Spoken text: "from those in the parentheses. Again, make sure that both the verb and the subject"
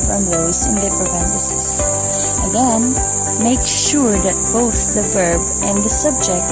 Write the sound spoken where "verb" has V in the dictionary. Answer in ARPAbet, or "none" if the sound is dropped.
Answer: V